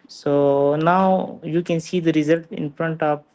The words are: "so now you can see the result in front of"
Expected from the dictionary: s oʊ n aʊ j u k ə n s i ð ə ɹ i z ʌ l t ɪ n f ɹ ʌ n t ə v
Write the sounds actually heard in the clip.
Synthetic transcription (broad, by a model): s oʊ n aʊ j u k ə n s i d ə ɹ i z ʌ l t ɪ n f ɹ ʌ n t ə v